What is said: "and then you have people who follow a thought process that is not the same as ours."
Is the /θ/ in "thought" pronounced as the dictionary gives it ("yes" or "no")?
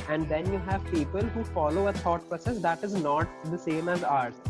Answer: no